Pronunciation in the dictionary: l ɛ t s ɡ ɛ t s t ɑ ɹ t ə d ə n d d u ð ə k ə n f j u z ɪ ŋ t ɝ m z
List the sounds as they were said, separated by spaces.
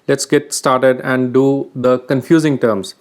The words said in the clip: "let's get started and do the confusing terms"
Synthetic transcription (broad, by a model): l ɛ t s ɡ ɛ t s t ɑ ɹ t ə d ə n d d u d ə k ə n f j u z ɪ ŋ t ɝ m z